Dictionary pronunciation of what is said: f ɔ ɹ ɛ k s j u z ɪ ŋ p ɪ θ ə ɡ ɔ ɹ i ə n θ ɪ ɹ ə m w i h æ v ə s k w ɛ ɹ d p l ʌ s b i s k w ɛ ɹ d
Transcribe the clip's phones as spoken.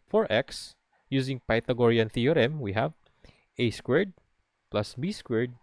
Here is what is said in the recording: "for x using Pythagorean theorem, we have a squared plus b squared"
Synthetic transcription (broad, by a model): f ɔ ɹ ɛ k s j u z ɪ ŋ p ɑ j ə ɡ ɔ ɹ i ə n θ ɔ ɹ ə m w i h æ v ə s k w ɛ ɹ d p l ʌ s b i s k w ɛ ɹ d